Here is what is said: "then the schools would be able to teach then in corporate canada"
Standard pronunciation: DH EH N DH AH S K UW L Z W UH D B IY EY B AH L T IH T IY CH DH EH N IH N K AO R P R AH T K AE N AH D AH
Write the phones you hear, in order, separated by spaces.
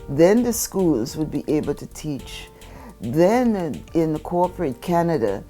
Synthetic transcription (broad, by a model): DH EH N DH AH S K UW L Z W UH D B IY EY B L T IH T IY CH DH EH N IH N K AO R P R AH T K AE N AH D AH